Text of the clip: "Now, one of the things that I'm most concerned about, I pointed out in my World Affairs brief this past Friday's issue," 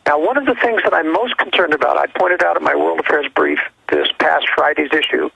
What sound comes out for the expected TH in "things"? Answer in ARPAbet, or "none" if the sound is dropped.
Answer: TH